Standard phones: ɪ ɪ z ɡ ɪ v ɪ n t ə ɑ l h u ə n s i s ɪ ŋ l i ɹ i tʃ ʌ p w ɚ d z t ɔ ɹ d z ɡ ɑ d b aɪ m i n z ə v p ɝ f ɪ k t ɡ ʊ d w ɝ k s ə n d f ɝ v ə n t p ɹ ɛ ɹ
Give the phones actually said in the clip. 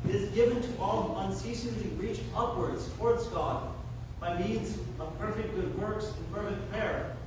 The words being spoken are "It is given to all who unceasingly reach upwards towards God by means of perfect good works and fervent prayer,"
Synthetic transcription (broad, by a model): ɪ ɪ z ɡ ɪ v ɪ n t ə ɑ l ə n s i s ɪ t l i ɹ i tʃ ʌ p w ɚ d z t ɔ ɹ d z ɡ ɑ d b aɪ m i n z ə v p ɝ f ɪ k t ɡ ʊ d w ɝ k s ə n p ɝ f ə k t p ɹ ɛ ɹ